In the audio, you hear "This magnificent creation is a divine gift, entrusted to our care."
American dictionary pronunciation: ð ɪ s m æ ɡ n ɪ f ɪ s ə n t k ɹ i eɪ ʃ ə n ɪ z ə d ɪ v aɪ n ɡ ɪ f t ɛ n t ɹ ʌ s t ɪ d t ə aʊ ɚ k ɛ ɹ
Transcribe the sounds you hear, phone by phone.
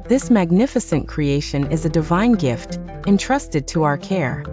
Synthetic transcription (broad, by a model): ð ɪ s m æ ɡ n ɪ f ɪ s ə n k ɹ i eɪ ʃ ə n ɪ z ə d ɪ v aɪ n ɡ ɪ f t ɛ n t ɹ ʌ s t ɪ d t ə aʊ ɚ k ɛ ɹ